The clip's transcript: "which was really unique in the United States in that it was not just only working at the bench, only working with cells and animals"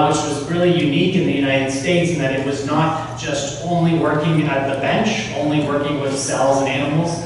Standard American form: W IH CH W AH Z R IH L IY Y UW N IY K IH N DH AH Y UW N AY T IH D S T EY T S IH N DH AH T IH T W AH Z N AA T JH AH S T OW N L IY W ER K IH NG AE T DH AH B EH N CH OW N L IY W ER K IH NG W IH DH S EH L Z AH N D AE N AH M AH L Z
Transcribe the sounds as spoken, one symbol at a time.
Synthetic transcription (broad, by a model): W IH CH W AH Z R IH L IY Y UW N IY K IH N DH AH Y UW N AY T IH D S T EY T S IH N DH AH T IH T W AH Z N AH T ZH AH S T OW N L IY W ER K IH NG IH T DH AH B EH N CH OW N L IY W ER K IH NG W IH DH S EH L Z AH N AE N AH M L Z